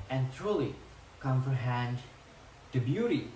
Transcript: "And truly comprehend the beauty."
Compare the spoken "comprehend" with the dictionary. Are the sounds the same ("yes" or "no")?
no